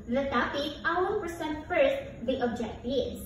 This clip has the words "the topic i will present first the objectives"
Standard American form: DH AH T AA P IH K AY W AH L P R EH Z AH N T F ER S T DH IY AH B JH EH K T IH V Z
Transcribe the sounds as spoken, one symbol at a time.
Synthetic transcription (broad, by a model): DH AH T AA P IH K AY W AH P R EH S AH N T F ER S T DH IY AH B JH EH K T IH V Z